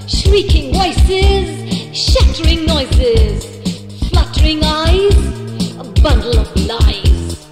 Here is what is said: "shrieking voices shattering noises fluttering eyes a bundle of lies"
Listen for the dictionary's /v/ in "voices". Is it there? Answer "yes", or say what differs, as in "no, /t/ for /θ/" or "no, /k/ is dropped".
no, /w/ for /v/